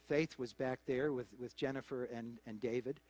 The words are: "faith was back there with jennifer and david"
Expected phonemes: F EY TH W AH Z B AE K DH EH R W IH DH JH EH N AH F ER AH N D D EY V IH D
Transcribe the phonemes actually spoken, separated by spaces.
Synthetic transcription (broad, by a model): F EY TH W AH Z B AE K DH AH R W IH DH JH EH N AH F ER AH N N D EY V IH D